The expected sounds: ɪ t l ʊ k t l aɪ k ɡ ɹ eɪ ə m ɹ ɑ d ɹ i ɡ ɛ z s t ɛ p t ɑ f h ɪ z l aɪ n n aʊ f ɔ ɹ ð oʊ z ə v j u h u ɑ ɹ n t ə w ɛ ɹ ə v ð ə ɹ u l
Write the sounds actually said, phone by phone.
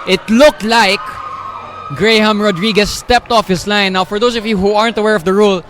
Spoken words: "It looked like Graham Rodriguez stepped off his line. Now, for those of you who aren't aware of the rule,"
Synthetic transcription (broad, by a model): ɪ t l ʊ k t l aɪ k ɡ ɹ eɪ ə m ɹ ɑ d ɹ i ɡ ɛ s t ɛ p t ɑ f h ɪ s l aɪ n n aʊ f ɔ ɹ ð oʊ s ə v j u h u ɑ ɹ n t ə w ɛ ɹ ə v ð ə ɹ u l